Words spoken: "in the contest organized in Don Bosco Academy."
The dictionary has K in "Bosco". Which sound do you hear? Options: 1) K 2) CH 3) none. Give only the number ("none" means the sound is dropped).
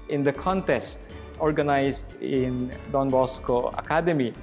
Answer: 1